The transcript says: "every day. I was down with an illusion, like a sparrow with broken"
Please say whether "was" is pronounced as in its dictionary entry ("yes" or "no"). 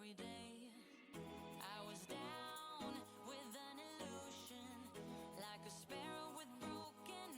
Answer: yes